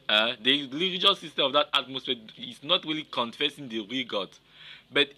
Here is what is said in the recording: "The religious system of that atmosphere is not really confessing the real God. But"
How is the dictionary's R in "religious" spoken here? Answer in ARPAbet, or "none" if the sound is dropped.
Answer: L